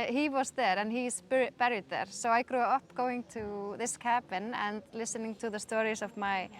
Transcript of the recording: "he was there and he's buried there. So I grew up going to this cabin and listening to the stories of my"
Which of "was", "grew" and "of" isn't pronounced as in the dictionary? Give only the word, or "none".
none